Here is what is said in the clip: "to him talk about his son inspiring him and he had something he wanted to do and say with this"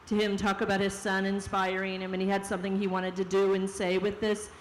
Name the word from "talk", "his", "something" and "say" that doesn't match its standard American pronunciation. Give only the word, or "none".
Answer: none